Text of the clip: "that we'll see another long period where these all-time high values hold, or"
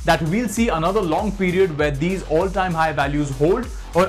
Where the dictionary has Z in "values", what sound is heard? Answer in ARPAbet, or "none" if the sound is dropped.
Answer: Z